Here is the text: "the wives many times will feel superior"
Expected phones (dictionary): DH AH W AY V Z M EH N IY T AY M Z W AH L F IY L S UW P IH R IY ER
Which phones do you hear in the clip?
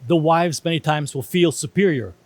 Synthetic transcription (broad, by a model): DH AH W AY V Z M EH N IY T AY M Z W AH L F IY L S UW P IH R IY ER